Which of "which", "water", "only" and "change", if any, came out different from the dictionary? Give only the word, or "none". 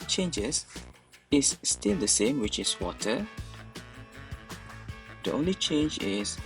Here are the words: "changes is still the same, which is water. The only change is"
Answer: none